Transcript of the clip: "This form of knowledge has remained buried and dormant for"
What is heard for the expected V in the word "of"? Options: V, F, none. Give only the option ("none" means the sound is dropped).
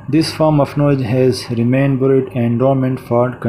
F